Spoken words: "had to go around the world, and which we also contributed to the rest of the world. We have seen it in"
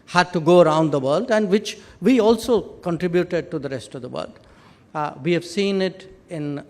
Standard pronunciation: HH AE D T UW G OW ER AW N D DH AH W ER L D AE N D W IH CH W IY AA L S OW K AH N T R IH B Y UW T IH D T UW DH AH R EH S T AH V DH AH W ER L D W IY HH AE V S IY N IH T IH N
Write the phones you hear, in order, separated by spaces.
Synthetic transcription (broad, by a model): HH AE D T UW G OW ER AW N D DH AH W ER L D AE N D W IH CH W IY AA L S OW K AH N T R IH B Y UW T IH D T UW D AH R EH S T AH V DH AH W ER L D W IY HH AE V S IY N IH T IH N